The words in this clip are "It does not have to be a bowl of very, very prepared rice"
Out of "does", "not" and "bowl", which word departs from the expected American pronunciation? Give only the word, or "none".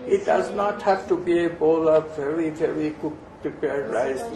none